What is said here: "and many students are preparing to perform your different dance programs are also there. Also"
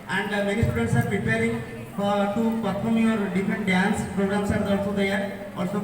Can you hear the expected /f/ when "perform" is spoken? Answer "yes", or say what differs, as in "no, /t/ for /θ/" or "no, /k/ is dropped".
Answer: no, /p/ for /f/